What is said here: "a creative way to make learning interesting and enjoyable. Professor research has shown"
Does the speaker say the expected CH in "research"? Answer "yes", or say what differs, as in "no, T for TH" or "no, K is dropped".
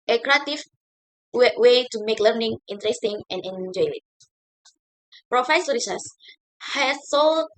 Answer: no, S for CH